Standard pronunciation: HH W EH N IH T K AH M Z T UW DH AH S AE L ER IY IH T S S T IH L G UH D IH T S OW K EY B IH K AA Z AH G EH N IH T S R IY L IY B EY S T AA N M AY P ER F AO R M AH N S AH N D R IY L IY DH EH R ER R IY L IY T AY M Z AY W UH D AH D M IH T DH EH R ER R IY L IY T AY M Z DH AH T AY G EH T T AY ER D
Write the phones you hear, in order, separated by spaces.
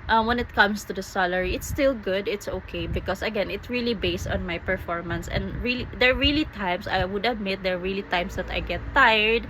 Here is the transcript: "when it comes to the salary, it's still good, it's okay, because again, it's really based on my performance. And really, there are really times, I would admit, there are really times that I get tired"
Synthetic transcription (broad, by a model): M W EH N IH T K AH M S T UW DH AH S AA L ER IY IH T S S T IH L G UH D IH T S OW K EY B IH K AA S AH G EH N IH T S R IY L IY B EY S T AA N M AY P ER F AO R M AH N S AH N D R IY L IY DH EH R R IY L IY T AY M S AY W UH D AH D M IH T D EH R R IY L IY T AY M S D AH T AY G EH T T AY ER D